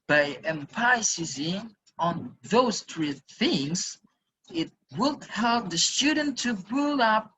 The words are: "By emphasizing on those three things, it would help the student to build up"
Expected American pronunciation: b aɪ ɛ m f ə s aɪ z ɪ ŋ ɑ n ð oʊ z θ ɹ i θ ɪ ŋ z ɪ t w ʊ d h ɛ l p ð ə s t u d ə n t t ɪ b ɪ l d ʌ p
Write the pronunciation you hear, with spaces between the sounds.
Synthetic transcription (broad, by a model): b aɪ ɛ m p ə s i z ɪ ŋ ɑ n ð oʊ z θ ɹ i θ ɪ ŋ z ɪ t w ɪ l h ɛ l p ð ə s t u d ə n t t ɪ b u l ʌ p